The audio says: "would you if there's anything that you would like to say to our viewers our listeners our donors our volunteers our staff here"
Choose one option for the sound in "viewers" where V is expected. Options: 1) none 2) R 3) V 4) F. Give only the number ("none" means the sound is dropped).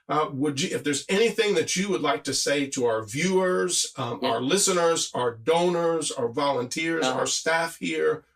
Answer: 3